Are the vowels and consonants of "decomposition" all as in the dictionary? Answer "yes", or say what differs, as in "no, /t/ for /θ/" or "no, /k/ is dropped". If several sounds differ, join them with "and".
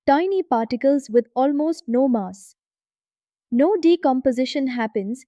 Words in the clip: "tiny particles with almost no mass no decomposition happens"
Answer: yes